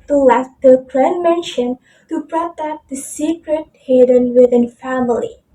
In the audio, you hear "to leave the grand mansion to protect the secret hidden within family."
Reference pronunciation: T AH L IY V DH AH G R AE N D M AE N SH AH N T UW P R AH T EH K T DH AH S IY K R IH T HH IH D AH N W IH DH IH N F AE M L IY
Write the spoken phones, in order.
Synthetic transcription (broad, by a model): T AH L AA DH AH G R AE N M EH N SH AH N T UW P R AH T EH T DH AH S IY K R IH T HH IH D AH N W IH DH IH N F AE M L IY